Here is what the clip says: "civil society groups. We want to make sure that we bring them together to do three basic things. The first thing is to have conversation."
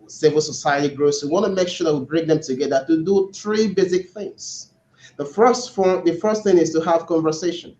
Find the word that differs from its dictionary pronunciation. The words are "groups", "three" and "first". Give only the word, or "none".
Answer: groups